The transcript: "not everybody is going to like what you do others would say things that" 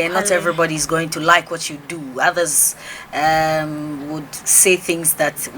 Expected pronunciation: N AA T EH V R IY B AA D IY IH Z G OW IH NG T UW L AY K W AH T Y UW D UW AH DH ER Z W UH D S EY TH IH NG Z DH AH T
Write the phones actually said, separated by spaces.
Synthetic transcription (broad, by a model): N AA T EH V R IY B AA D IY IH Z G OW IH NG T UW L AY K W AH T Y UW D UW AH DH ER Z W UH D S EY TH IH NG Z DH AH T